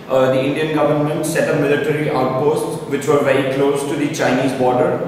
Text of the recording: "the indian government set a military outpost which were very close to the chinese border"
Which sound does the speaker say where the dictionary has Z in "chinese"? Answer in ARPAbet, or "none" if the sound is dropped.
Z